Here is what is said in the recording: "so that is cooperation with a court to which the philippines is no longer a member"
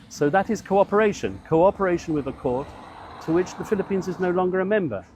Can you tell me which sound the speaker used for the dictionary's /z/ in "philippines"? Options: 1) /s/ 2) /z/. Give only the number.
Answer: 2